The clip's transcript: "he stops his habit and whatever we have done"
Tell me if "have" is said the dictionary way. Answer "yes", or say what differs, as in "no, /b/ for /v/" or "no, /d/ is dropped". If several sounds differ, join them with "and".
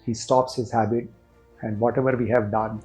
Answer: yes